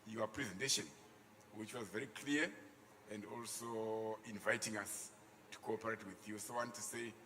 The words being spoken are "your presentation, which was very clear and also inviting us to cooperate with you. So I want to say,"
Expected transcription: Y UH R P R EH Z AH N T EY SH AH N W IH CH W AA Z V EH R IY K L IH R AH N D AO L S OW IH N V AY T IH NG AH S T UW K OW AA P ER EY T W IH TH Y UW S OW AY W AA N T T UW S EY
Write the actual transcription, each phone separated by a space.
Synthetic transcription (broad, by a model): Y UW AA P R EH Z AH N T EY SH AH N W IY CH W AA Z V EH R IY K L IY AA AH N D AO L S OW IH N V AY T IH NG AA S T UW K OW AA P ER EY T W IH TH Y UW S OW W AA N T T UW S EY